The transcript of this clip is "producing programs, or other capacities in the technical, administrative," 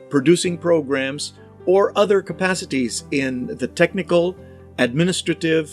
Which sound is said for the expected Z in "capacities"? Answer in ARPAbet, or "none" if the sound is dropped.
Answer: Z